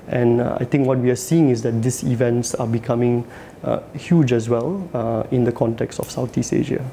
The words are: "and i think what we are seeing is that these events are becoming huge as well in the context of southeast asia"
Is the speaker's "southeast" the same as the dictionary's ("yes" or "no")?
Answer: no